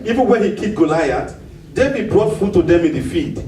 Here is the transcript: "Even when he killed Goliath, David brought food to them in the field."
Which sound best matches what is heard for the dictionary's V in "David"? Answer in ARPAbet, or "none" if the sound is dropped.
B